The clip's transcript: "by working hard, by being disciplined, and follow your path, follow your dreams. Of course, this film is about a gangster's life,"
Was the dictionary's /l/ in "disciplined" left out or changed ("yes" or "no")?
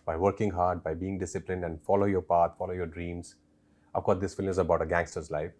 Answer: no